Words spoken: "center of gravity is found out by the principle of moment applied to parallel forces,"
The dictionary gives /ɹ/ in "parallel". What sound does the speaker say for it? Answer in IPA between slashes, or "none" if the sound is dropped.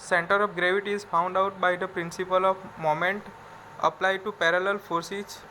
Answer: /ɹ/